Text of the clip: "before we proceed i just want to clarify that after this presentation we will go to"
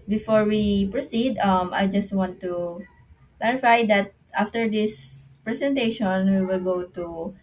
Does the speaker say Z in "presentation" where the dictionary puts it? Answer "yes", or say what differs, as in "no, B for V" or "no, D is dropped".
no, S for Z